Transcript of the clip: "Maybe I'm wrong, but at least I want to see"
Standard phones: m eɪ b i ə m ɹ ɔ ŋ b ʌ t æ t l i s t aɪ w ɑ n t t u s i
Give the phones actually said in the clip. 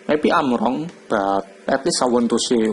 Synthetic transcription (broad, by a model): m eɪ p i ə m ɹ ɔ ŋ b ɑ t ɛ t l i s aɪ w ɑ n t t u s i